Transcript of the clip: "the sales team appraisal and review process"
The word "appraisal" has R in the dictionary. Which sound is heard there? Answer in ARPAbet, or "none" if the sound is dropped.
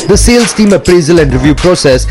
R